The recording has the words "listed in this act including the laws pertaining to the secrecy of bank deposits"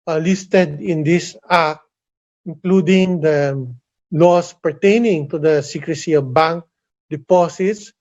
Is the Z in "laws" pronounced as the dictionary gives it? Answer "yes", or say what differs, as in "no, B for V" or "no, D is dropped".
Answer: no, S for Z